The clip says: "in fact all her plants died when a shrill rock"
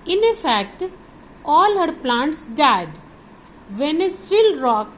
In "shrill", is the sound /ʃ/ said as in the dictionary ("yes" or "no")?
no